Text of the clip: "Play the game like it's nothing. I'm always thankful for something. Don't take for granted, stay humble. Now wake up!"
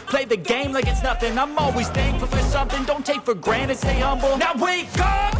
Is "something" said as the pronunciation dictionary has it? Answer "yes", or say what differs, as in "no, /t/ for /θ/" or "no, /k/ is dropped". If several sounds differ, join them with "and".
yes